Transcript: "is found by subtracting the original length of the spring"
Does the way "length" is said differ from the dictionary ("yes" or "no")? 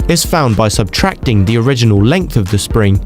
no